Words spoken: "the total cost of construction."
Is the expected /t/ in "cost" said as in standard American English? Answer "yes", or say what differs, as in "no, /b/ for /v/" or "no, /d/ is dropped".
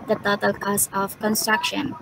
no, /t/ is dropped